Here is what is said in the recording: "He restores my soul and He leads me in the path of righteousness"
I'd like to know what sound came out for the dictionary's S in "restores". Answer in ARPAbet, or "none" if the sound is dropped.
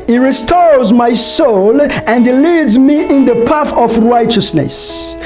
S